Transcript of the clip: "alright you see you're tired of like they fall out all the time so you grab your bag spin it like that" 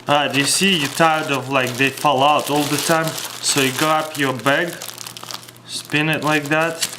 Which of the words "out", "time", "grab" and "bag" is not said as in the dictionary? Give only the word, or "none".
grab